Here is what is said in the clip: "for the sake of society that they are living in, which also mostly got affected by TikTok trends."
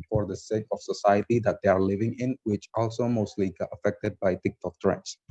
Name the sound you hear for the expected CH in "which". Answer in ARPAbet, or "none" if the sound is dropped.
CH